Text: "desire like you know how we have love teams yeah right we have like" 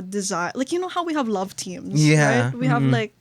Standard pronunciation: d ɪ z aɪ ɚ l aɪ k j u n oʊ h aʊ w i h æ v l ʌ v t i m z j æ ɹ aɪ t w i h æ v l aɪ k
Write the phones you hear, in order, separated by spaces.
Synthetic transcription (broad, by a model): d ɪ z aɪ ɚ l aɪ k j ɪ n oʊ h aʊ w i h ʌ v l ʌ v t i m z j æ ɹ aɪ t w i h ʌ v l aɪ k